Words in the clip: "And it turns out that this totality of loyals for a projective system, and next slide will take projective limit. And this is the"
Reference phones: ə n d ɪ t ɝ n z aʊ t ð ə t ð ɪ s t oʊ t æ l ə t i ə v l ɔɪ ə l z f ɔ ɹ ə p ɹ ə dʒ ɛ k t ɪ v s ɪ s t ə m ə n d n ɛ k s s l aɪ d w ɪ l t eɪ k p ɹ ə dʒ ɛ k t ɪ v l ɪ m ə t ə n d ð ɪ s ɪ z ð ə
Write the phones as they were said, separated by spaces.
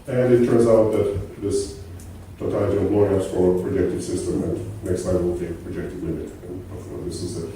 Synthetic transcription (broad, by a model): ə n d ɪ t ɝ n z aʊ t ð ə t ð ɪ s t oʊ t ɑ ə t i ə p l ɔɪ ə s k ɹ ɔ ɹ ə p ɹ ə dʒ ɛ k t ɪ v s ɪ s t ə m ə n n ɛ k s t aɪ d w ɪ l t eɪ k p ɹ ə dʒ ɛ k t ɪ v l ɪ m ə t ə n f ð ɪ s ɪ z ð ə